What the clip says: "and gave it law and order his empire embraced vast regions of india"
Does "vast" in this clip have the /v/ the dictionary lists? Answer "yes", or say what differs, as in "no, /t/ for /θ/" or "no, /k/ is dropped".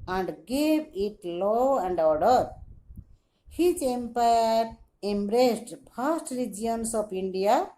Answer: no, /p/ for /v/